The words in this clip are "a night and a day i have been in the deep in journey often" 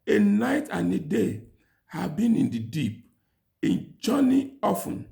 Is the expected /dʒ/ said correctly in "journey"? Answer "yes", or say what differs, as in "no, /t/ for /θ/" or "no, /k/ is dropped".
no, /tʃ/ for /dʒ/